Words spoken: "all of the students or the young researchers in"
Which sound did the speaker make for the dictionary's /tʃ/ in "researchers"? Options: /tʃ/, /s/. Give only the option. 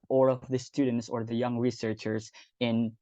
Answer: /tʃ/